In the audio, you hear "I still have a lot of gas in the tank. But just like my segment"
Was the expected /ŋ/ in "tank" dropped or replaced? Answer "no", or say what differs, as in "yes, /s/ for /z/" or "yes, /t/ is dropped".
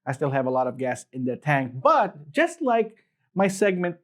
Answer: no